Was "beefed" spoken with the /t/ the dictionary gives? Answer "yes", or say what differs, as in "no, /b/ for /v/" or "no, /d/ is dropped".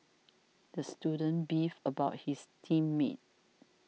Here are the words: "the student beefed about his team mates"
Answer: no, /t/ is dropped